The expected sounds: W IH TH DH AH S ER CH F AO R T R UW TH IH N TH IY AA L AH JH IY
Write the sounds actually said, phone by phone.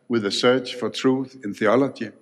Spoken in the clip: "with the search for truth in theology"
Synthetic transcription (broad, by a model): W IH DH AH S ER CH F AO R T R UW TH IH N TH IY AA L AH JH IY